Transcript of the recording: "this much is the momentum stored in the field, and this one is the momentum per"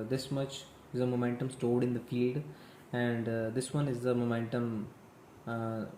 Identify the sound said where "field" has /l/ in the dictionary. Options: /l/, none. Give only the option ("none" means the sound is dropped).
/l/